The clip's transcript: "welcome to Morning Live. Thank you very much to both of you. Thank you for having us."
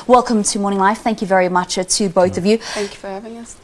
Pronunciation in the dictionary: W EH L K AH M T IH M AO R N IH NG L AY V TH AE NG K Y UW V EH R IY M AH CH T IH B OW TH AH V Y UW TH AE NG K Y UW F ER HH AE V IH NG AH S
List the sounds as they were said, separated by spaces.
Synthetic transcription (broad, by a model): W EH L K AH M T IH M AO R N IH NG L AY F TH AE NG K Y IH V EH R IY M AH CH T IH B OW TH AH V Y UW TH AE NG K Y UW F ER HH AE V IH NG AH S